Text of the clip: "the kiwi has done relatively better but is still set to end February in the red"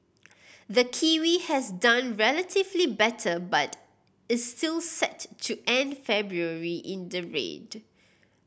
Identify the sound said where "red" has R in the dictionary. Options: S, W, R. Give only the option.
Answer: R